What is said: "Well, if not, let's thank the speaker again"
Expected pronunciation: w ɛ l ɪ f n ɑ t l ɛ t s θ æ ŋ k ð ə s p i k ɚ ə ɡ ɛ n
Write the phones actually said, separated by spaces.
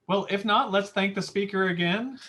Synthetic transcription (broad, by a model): w ɛ l ɪ f n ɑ t l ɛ t s θ æ ŋ k ð ə s p i k ɚ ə ɡ ɛ n